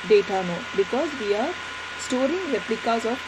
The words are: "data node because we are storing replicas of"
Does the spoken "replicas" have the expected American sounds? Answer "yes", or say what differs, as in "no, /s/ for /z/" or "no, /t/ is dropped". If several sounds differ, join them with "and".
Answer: yes